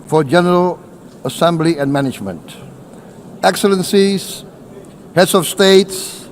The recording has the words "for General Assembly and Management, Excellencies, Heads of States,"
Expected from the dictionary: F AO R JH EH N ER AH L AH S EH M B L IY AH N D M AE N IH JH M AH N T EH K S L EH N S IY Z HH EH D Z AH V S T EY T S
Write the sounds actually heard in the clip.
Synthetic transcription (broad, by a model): F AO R JH EH N ER AH L AH S EH M B L IY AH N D M AE N IH JH M AH N T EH K S L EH N S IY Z HH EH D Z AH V S T EY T S